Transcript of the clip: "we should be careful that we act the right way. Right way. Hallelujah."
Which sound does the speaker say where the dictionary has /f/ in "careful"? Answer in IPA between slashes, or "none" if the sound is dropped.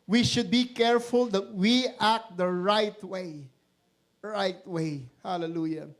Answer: /f/